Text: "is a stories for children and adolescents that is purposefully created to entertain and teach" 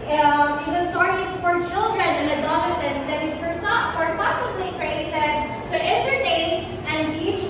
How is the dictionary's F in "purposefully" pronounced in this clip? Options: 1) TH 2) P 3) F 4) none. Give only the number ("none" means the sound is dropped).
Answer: 4